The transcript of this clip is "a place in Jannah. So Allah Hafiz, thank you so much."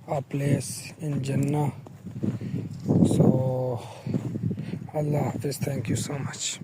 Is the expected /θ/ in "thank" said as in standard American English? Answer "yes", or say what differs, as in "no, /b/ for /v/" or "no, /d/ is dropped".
no, /t/ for /θ/